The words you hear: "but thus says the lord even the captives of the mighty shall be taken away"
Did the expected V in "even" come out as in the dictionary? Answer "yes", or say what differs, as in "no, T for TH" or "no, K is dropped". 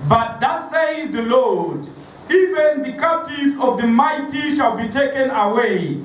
yes